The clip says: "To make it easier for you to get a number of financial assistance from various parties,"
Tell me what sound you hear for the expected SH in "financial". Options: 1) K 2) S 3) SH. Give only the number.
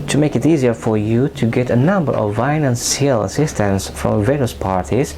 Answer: 2